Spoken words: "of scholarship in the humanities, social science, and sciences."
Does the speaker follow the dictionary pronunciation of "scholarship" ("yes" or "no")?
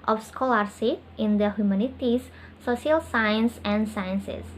no